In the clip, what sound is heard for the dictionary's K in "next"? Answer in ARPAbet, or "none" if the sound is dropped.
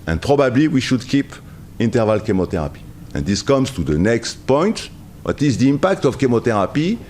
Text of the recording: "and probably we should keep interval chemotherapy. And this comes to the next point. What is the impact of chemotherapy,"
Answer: K